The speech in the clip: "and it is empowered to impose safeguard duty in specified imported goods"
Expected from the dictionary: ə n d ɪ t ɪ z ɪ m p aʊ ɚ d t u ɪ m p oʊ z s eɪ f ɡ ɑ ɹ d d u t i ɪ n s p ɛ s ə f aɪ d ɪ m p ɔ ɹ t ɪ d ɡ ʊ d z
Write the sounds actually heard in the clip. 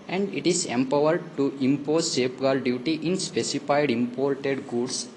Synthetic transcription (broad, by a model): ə n d ɪ t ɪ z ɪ m p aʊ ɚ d t u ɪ m p oʊ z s eɪ p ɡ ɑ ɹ d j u t i ɪ n s p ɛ s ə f aɪ d ɪ m p ɔ ɹ t ɪ d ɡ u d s